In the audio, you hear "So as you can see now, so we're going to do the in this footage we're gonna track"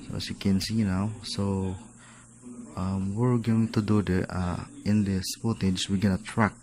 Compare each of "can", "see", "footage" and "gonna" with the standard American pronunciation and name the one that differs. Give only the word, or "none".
footage